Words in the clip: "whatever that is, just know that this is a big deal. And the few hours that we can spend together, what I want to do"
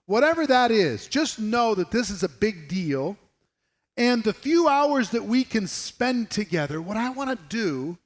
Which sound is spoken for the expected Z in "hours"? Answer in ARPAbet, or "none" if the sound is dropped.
Z